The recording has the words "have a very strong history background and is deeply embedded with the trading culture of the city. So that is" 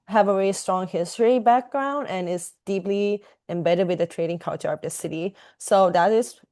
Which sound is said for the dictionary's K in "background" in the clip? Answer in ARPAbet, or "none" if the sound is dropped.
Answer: K